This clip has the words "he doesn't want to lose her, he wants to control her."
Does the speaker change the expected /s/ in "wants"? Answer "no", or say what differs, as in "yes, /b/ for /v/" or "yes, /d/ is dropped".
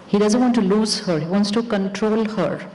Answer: no